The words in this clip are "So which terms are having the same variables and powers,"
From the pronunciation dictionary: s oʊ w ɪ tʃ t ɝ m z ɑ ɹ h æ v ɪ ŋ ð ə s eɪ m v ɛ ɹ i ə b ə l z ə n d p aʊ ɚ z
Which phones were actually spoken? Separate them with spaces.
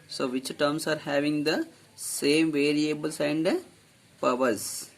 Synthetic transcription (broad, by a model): s oʊ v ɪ tʃ t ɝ m s ɑ ɹ h æ v ɪ ŋ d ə s eɪ m v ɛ ɹ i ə b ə l s ə n d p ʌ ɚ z